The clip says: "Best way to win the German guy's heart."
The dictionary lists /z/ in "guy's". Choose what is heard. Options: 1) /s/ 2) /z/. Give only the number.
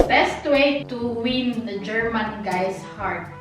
1